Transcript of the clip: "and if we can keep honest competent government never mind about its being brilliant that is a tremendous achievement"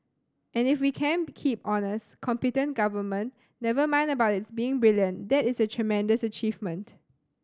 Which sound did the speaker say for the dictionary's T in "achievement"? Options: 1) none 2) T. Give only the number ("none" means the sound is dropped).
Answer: 2